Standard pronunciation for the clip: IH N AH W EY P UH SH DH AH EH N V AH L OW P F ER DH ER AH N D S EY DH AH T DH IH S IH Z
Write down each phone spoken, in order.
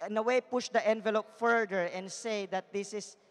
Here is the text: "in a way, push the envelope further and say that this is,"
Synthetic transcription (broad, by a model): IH N AH W EY P UH SH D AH EH N V AH L OW P F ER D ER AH N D S EY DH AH T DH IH S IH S